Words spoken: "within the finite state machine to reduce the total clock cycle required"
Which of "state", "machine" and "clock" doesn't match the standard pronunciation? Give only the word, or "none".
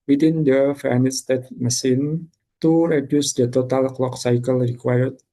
machine